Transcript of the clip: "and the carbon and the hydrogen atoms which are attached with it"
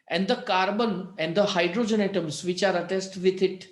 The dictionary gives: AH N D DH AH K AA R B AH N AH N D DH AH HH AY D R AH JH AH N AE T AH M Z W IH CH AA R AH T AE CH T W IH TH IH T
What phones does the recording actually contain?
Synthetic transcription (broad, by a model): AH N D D AH K AA R B AH N AH N D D AH HH AY D R AH JH AH N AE T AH M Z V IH CH AA R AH T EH S T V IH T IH T